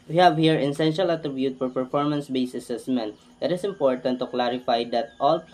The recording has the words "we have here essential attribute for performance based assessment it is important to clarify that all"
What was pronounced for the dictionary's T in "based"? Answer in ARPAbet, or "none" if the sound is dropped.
none